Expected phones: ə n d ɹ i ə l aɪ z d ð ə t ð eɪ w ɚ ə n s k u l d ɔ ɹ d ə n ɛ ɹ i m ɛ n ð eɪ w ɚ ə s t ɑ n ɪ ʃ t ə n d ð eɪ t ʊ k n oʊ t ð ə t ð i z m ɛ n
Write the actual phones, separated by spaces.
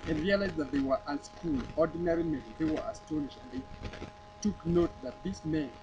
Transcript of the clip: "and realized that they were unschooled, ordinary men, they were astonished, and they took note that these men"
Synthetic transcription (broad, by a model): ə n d ɹ i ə l aɪ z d ð ə t ð eɪ w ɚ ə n s k u l ɔ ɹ d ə n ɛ ɹ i m ɛ n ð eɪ w ɚ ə s t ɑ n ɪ ʃ ə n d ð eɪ t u k n oʊ t ð ə t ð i s m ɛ n